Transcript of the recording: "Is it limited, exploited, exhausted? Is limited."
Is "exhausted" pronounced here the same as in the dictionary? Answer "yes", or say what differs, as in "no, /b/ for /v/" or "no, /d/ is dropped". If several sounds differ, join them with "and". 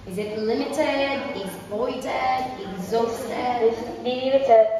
no, /d/ is dropped